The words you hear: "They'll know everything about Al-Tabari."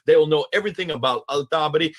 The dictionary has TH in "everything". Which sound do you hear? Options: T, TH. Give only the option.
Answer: TH